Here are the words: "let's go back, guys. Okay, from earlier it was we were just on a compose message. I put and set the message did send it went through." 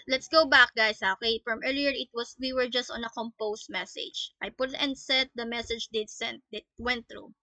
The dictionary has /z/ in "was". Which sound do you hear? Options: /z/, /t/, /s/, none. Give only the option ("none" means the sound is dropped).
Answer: /s/